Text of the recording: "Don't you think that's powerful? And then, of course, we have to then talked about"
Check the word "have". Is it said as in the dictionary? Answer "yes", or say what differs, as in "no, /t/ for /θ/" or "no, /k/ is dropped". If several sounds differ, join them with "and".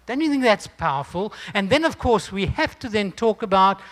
no, /f/ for /v/